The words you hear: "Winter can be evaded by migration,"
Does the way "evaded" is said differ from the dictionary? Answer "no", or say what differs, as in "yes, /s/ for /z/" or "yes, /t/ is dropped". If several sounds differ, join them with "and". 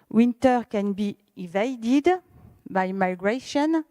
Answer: no